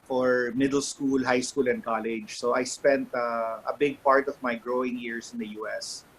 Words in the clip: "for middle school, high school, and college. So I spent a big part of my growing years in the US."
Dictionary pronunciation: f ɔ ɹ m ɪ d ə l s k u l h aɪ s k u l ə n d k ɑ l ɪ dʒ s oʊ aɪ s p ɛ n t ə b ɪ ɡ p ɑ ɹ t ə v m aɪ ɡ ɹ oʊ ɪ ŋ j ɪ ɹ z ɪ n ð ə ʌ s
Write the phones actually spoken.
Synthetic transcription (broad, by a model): f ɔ ɹ m ɪ d ə l s k u l h aɪ s k u l ə n d k ɑ l ɪ dʒ s oʊ aɪ s p ɛ n t ə b ɪ ɡ p ɑ ɹ t ə v m aɪ ɡ ɹ oʊ ɪ ŋ j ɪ ɹ s ɪ n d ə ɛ s